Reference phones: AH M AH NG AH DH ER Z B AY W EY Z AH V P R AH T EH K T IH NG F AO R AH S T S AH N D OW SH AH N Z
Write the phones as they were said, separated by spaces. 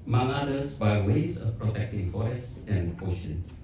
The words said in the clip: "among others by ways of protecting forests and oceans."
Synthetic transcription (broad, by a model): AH M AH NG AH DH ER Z B AY W EY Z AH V P R AH T EH K T IH NG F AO AH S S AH N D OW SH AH N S